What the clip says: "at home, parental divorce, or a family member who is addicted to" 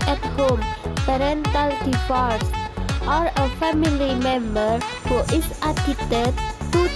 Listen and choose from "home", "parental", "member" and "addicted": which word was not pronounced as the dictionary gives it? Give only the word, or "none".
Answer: addicted